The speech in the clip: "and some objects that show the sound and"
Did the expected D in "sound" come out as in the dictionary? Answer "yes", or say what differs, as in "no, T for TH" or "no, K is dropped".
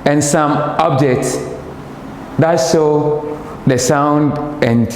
yes